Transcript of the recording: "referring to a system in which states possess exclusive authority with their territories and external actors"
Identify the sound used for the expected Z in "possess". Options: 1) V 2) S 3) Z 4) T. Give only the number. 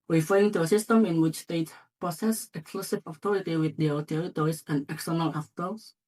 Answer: 2